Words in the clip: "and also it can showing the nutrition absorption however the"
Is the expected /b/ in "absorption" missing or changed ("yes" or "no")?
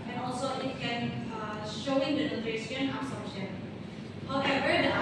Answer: yes